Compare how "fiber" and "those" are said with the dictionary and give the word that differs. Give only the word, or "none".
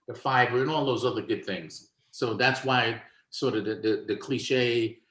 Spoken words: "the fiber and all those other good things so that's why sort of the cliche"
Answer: none